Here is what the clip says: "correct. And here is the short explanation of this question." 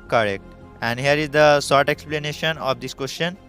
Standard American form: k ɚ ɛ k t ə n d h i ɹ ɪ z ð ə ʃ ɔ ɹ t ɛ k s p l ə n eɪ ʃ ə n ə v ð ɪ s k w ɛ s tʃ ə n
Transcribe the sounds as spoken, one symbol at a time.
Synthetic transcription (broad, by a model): k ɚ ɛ k t ə n d h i ɹ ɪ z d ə s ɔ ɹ t ɛ k s p l ə n eɪ ʃ ə n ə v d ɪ s k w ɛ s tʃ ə n